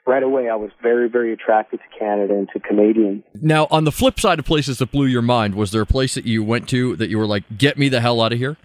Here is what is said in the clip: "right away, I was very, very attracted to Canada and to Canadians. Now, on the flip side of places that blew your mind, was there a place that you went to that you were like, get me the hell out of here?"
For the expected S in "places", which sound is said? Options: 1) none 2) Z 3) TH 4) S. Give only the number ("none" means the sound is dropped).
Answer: 4